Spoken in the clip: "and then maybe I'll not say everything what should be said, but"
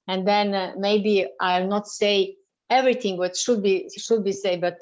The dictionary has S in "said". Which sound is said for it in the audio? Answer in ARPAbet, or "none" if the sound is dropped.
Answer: SH